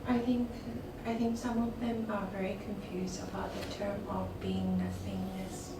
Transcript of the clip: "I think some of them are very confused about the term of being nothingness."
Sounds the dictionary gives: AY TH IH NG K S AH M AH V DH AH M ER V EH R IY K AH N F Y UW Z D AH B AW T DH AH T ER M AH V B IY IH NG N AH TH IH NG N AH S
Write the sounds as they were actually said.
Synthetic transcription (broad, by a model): AY TH IH NG K S AH M AH V DH AH M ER V EH R IY K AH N F Y UW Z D AH B AW T DH AH T ER M AH V B IY IH NG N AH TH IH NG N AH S